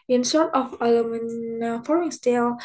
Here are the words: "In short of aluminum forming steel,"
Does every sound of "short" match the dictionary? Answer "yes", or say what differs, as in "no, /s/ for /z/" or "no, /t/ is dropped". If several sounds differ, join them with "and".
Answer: no, /s/ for /ʃ/